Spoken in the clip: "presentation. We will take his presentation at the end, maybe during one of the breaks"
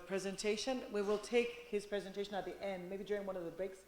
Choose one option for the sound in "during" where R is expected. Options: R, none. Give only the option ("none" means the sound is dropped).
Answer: R